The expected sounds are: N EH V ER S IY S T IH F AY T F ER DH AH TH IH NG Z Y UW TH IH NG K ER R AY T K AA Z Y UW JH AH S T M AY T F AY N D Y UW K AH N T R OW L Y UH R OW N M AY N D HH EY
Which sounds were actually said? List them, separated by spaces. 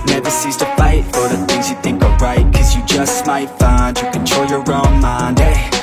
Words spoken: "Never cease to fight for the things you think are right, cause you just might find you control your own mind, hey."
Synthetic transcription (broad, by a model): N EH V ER S IY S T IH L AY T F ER DH AH TH IH NG Z Y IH TH IH NG K ER R AY T K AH Z Y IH JH AH S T M AY T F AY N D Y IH K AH N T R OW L Y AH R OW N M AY N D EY